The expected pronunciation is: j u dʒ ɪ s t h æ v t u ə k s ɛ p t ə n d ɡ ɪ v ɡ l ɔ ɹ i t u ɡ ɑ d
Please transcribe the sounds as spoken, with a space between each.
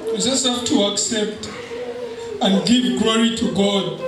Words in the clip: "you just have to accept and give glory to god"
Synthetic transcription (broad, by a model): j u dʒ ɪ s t h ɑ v t u ə k s ɛ p t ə n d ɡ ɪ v ɡ l ɔ ɹ i t u ɡ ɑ d